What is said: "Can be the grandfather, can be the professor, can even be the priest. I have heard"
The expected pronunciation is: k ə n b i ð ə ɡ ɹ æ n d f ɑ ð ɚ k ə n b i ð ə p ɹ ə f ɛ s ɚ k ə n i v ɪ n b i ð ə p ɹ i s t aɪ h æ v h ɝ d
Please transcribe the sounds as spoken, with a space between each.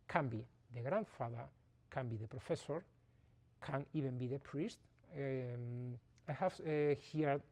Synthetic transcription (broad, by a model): k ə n b i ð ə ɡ ɹ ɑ n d f ɑ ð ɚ k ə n b i ð ə p ɹ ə f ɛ s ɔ k ə n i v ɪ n b i ð ə p ɹ i s t aɪ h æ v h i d